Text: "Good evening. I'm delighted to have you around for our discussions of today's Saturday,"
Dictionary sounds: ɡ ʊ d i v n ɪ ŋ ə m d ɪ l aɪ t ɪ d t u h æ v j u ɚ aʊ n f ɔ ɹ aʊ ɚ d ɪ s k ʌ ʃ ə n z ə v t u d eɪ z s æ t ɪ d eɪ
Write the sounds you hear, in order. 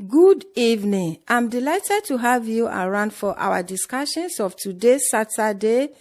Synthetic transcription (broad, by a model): ɡ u d i v n ɪ ŋ ə m d ɪ l aɪ t ɪ d t u h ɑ v j u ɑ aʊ n f ɔ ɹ aʊ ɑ d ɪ s k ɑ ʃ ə n s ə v t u d eɪ s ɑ t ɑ d eɪ